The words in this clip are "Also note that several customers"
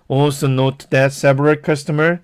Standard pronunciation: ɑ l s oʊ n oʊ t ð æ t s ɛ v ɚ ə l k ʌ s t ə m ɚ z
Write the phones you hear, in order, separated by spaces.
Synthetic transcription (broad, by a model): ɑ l s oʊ n oʊ t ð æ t s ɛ p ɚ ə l k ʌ s t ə m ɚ